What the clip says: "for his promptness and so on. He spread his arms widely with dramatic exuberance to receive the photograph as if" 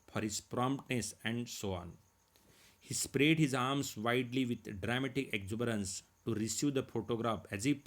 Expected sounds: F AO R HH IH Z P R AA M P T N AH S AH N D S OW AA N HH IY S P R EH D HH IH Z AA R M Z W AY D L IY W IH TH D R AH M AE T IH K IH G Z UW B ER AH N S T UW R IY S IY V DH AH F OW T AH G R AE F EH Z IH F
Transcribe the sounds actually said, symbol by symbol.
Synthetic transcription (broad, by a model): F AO R HH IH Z P R AA M P T N AH S AH N D S OW AA N HH IY S P R EH D HH IH Z AA R M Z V AY D L IY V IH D D R AH M AE T IH K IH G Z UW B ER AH N S T UW R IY S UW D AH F OW T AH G R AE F EH Z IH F